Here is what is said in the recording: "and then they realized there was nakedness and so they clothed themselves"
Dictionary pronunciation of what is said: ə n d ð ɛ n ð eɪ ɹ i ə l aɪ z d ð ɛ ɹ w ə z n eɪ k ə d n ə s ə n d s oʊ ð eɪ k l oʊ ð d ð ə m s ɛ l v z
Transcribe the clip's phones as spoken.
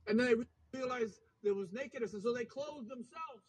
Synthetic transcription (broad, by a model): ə n ð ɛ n ð eɪ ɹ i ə l aɪ z ð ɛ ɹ w ə z n eɪ k ə d n ə s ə n s oʊ ð eɪ k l oʊ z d ð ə m s ɛ l v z